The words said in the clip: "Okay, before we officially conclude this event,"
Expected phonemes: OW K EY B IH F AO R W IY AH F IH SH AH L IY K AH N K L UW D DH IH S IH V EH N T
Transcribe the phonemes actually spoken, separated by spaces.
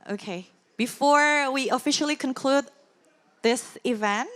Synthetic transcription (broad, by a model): OW K EY B IH F AO R W IY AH F IH SH L IY K AH N K L UW D DH IH S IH V EH N T